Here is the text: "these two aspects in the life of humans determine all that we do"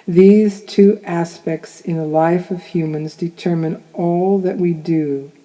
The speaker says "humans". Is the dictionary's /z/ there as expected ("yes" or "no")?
yes